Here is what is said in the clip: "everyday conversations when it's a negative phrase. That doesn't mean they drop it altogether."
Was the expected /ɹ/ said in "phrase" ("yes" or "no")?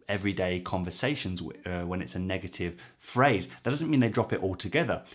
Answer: yes